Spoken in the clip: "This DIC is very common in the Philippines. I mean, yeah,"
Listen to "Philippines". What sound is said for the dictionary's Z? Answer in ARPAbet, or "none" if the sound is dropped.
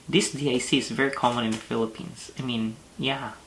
S